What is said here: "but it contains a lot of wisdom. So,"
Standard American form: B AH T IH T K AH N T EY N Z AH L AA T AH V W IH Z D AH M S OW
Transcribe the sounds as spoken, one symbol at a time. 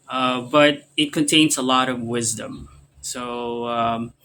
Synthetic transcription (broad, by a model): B AH T IH T K AH N T EY N Z AH L AA T AH V W IH Z D AH M S OW